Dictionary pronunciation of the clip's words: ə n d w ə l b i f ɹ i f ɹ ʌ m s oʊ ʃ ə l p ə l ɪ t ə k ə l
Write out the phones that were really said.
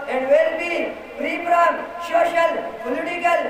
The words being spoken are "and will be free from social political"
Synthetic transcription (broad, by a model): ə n d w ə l b i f ɹ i p ɹ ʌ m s oʊ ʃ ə l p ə l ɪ t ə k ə l